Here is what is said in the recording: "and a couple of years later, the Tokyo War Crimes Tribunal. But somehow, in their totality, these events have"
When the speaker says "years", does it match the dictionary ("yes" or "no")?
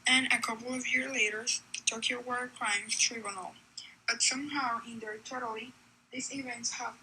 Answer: yes